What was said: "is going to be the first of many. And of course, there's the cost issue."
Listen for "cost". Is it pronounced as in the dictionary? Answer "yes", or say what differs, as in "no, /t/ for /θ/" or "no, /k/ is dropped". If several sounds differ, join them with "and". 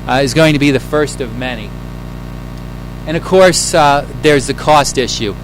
yes